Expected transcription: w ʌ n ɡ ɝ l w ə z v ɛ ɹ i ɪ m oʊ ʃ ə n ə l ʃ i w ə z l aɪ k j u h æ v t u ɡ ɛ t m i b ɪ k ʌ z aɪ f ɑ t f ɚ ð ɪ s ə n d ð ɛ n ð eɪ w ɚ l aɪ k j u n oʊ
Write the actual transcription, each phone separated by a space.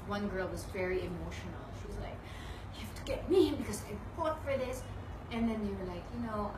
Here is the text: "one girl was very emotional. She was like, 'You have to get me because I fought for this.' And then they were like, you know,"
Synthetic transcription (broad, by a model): w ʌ n ɡ ɝ l w ə z v ɛ ɹ i ɪ m oʊ ʃ ə n ə l ʃ i w ə z l aɪ k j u h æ f t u ɡ ɛ t m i b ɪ k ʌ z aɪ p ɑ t f ɚ ð ɪ s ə n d ð ɛ n ð eɪ w ɚ l aɪ k j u n oʊ